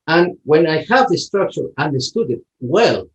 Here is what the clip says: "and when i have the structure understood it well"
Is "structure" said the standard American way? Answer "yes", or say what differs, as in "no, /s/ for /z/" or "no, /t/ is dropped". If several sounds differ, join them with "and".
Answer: yes